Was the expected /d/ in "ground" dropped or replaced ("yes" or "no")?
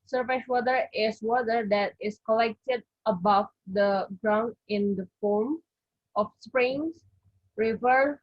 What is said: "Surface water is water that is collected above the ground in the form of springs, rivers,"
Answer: no